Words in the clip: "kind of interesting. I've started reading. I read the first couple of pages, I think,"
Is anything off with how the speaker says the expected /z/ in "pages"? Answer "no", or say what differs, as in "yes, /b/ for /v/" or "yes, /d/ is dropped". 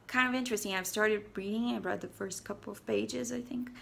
no